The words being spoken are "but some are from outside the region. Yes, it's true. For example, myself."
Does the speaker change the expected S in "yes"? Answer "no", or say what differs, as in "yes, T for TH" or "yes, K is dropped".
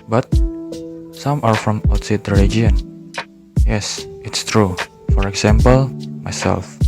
no